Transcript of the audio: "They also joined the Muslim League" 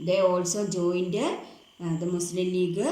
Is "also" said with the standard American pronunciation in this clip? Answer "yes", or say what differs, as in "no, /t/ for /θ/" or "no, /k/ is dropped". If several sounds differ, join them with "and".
yes